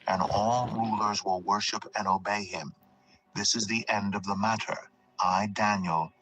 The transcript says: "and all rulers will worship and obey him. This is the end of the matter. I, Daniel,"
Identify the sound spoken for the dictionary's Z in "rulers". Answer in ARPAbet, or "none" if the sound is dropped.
Z